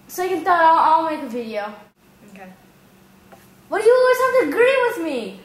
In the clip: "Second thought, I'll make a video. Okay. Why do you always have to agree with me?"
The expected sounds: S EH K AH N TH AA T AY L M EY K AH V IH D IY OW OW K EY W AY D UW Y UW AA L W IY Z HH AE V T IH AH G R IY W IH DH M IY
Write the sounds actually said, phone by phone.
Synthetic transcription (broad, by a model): S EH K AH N T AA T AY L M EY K AH V IH D IY OW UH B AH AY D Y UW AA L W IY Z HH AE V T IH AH G R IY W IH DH M IY